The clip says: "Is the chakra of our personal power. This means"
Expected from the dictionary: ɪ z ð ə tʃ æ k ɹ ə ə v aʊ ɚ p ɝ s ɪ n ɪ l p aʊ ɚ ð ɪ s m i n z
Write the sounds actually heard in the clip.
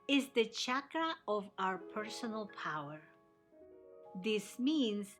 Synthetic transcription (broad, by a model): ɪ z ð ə tʃ æ k ɹ ə ə v aʊ ɚ p ɝ s ɪ n ɪ l p aʊ ɚ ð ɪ s m i n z